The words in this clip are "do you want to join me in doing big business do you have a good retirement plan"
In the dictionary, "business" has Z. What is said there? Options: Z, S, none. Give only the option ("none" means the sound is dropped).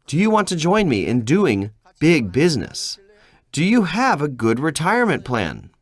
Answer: Z